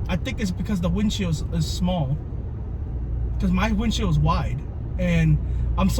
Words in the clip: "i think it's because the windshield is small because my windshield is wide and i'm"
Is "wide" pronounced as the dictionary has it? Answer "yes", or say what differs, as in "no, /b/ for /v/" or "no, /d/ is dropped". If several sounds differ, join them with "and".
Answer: yes